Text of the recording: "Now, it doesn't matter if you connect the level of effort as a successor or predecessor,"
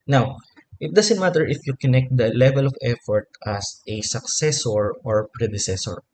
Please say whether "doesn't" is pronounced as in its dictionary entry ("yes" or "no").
no